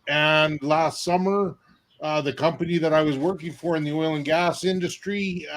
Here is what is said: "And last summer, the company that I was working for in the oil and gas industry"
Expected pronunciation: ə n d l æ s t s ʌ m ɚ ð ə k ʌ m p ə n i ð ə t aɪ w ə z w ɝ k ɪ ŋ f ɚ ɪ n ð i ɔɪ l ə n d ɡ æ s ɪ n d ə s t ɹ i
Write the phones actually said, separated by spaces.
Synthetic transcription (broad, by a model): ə n l æ s t s ʌ m ɚ ð ə k ʌ m p ə n i ð ə t aɪ w ə z w ɝ k ɪ ŋ f ɚ ɪ n ð i ɔɪ l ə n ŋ ɡ æ s ɪ n d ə s t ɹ i